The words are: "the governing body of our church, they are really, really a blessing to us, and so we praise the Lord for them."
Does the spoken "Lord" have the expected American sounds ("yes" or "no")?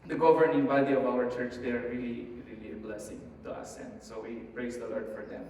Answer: yes